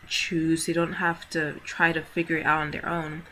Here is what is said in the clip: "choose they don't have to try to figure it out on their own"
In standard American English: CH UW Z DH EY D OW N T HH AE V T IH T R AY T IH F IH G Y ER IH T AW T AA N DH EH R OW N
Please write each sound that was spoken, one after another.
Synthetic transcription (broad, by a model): CH UW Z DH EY D OW N T HH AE F T IH T R AY T IH F IH G Y ER IH T AW T N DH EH R OW N